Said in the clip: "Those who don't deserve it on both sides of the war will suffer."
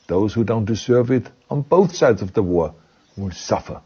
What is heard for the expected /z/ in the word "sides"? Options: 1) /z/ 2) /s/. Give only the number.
1